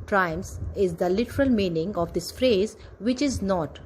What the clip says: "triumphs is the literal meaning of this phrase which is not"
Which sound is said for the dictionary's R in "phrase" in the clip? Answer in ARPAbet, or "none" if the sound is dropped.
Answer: R